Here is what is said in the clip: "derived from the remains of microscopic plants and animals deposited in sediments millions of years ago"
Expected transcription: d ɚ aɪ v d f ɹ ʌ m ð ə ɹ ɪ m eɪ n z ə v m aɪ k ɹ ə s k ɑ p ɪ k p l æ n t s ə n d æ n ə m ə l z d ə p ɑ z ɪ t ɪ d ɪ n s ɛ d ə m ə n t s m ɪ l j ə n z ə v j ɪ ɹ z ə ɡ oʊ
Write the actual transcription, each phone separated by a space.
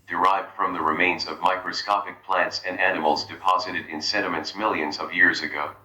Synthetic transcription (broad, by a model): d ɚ aɪ v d f ɹ ʌ m ð ə ɹ ɪ m eɪ n z ə v m aɪ k ɹ ə s k ɑ p ɪ k p l æ n t s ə n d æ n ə m l z d ə p ɑ z ɪ t ɪ d ɪ n s ɛ d ə m ə n t s m ɪ l j ə n z ə v j ɪ ɹ z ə ɡ oʊ